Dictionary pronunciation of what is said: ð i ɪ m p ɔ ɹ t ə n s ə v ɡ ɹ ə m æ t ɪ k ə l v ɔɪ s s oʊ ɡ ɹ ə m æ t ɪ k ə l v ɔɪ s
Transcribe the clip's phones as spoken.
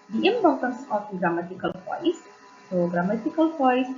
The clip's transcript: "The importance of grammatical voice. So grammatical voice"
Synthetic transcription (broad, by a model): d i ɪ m b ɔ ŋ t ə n s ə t ɡ ɹ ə m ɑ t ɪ k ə l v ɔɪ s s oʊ ɡ ɹ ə m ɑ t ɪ k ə l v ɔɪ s